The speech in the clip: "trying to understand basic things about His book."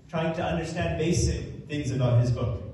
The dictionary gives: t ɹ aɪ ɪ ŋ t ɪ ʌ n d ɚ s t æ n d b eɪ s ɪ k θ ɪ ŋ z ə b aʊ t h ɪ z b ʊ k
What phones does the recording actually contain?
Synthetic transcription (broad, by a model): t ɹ aɪ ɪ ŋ t ɪ ʌ n d ɚ s t æ n d b eɪ s ɪ k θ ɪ ŋ z ə b aʊ t h ɪ z b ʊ k